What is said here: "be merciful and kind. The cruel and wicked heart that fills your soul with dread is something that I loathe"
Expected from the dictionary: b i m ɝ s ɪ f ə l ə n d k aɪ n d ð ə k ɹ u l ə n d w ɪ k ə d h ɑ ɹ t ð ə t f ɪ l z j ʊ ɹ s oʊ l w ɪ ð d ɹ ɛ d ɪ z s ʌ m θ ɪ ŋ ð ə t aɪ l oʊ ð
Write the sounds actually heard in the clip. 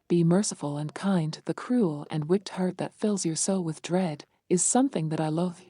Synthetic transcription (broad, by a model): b i m ɝ s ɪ f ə l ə n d k aɪ n d ð ə k ɹ u l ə n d w ɪ k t h ɑ ɹ t ð ə t f ɪ l z j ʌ ɹ s oʊ l w ɪ ð d ɹ ɛ d ɪ z s ʌ m θ ɪ ŋ ð ə t aɪ l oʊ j